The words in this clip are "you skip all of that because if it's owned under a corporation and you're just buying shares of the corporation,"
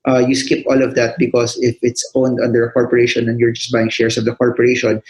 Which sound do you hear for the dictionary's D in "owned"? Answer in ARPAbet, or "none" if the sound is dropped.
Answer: D